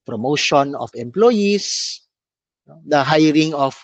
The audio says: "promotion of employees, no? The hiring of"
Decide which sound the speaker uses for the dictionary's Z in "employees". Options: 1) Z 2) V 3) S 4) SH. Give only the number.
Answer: 3